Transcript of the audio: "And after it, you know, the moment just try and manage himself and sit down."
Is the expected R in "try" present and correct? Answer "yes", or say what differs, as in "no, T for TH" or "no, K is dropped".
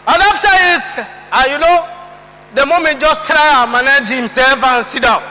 yes